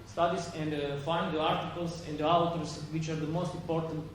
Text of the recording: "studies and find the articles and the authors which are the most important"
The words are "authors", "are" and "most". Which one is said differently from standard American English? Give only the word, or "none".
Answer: authors